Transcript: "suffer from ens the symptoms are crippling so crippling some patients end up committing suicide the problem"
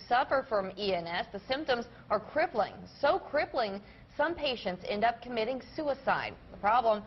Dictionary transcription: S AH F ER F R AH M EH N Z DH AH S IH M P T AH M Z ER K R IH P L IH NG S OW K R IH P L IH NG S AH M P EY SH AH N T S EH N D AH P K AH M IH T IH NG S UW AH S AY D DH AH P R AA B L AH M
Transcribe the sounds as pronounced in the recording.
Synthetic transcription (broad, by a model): S AH F ER F R AH M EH N S DH AH S IH M P T AH M Z ER K R IH P L IH NG S OW K R IH P L IH NG S AH M P EY SH AH N T S EH N D AH P K AH M IH T IH NG S UW AH S AY D DH AH P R AA B L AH M